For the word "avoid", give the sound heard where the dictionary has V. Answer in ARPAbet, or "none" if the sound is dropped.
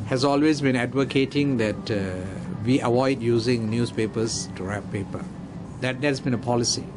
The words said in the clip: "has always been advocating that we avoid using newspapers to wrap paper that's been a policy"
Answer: W